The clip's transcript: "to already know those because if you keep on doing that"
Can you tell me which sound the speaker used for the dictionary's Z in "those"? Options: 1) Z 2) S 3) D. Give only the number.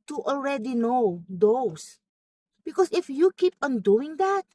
2